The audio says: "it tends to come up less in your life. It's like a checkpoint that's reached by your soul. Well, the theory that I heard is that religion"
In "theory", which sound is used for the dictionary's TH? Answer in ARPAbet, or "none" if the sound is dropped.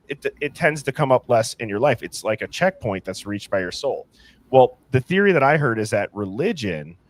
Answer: TH